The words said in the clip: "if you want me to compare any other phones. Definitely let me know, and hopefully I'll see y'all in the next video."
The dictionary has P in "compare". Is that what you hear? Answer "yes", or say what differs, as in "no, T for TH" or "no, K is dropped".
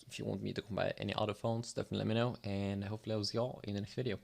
no, B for P